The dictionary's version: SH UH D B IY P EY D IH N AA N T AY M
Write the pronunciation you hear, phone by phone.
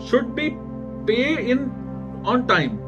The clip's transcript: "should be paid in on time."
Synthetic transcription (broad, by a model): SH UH D B IY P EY IH N AA N T AY M